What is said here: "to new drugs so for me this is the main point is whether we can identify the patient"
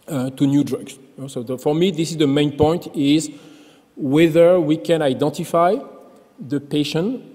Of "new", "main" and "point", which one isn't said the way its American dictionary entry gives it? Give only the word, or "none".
none